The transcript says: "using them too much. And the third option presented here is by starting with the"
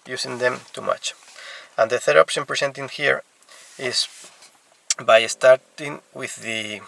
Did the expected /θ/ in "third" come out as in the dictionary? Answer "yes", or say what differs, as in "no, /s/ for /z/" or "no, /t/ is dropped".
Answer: yes